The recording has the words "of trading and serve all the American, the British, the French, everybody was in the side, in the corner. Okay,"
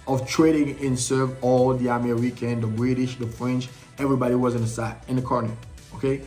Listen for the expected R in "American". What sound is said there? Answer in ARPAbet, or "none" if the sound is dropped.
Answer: W